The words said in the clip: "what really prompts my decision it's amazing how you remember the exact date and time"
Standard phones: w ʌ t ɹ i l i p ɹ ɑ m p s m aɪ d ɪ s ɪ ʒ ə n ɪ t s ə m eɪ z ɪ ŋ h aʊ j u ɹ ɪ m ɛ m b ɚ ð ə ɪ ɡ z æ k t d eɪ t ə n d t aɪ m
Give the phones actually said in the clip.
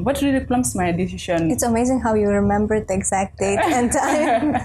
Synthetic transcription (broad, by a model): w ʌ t ɹ i l i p l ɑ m s m aɪ d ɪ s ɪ ʃ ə n ɪ t s ə m eɪ z ɪ ŋ h aʊ j u ɹ ɪ m ɛ m b ɚ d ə ɪ ɡ z æ k t d eɪ t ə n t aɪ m